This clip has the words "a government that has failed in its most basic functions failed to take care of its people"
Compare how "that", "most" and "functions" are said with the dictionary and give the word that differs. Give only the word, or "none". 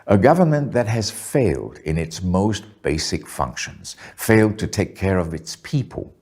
none